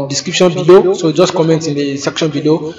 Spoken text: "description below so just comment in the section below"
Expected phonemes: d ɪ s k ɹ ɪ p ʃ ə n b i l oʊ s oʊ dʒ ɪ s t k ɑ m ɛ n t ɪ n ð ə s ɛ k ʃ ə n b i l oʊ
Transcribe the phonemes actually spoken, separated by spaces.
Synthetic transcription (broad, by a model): d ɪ s k ɹ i p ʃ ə n b i l oʊ s oʊ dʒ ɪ s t k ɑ m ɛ n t ɪ n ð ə s ɛ k ʃ ə n b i l oʊ